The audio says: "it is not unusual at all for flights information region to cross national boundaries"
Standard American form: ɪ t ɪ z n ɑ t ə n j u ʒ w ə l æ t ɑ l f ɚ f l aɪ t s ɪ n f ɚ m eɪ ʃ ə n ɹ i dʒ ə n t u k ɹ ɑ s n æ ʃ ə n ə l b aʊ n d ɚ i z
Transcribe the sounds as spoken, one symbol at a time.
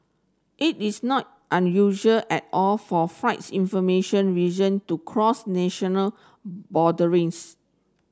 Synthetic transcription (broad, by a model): ɪ t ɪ s n ɑ t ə n j u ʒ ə l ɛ t ɑ l f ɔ f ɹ aɪ t s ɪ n f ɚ m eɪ ʃ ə n ɹ i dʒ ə n t u k ɹ ɑ s n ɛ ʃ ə n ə l b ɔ d ɚ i s